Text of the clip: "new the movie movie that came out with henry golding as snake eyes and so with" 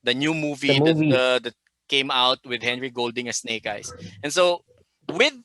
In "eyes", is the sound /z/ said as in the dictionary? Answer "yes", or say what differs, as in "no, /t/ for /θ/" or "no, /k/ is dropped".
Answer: no, /s/ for /z/